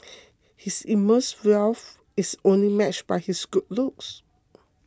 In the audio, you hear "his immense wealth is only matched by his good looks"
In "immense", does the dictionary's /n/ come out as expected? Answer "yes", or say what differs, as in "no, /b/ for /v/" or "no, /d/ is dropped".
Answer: no, /n/ is dropped